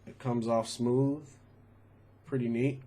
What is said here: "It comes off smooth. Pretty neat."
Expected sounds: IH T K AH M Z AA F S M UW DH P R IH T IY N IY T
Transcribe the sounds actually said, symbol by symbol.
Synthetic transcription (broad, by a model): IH T K AH M Z AA F S M UW DH P R IH T IY N IY T